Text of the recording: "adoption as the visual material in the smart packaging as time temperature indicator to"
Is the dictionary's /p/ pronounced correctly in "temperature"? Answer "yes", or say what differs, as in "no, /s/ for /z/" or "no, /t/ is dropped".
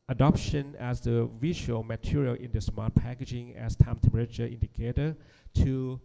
no, /p/ is dropped